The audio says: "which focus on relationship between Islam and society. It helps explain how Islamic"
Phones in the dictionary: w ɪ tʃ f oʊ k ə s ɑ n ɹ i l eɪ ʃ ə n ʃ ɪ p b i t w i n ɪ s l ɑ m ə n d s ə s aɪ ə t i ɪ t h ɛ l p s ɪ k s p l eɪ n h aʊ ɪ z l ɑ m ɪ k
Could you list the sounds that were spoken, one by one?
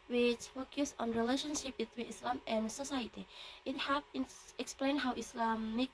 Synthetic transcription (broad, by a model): w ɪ tʃ f oʊ k ə s ɑ n ɹ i l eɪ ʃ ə n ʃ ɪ p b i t w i n ɪ s l ɑ m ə n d s ə s aɪ ə t i ɪ t h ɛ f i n ɪ k s p l eɪ n h aʊ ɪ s l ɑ m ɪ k